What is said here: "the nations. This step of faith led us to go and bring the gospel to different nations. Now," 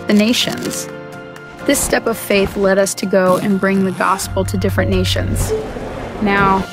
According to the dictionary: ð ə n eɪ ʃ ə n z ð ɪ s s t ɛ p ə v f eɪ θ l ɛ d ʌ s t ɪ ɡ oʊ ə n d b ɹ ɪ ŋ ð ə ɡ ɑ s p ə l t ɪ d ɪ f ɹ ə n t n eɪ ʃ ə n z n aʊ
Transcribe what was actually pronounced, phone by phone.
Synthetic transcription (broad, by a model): ð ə n eɪ ʃ ə n z ð ɪ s s t ɛ p ə v f eɪ θ l ɛ d ʌ s t ɪ ɡ oʊ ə n b ɹ ɪ ŋ ð ə ɡ ɑ s p l t ɪ d ɪ f ɹ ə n n eɪ ʃ ə n z n aʊ